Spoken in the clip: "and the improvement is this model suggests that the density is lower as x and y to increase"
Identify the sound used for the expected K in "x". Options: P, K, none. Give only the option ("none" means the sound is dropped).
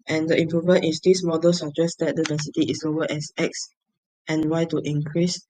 K